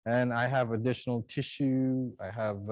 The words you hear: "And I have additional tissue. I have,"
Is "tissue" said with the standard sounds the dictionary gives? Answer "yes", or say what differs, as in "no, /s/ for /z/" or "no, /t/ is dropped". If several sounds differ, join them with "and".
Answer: yes